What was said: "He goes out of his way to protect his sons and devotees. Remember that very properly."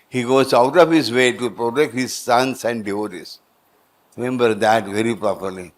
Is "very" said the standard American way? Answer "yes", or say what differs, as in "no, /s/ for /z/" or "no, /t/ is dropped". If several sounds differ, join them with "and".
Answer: yes